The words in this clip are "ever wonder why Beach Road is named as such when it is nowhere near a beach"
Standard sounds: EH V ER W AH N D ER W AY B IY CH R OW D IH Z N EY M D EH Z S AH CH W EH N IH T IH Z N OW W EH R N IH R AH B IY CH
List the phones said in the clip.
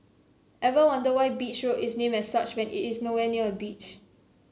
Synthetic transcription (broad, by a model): EH V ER W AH N D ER W AY B IY CH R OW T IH S N EY M EH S S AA CH W EH N IH T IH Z N OW W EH N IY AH AH B IY CH